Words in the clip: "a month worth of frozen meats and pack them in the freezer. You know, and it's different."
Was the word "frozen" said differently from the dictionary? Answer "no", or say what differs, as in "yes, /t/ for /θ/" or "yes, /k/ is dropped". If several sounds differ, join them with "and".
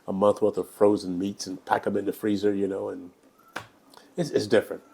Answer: no